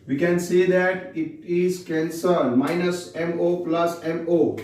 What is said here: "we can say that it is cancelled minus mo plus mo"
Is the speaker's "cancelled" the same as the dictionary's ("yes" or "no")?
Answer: no